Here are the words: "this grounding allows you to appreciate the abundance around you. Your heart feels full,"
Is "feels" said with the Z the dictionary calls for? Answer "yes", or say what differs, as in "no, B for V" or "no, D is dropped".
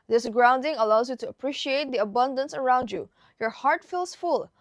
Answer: no, S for Z